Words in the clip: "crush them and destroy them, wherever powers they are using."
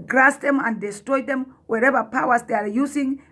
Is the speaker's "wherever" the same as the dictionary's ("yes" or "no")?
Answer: yes